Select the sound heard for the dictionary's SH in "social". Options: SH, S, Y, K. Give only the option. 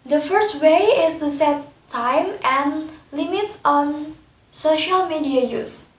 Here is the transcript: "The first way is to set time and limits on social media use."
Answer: SH